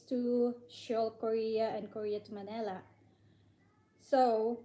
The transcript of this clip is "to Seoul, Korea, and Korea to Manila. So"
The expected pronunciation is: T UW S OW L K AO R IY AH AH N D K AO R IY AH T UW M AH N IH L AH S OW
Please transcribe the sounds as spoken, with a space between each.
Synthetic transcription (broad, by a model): T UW SH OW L K AO R IY AH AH N K AO R IY AH T UW M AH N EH L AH S OW